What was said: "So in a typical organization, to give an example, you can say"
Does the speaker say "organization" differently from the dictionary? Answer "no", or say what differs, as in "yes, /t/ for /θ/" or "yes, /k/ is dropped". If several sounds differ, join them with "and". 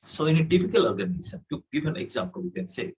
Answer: yes, /s/ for /ʃ/